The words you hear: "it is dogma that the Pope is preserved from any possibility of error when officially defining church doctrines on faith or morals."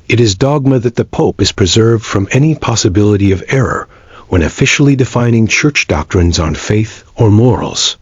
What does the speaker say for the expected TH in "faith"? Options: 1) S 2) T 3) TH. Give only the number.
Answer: 3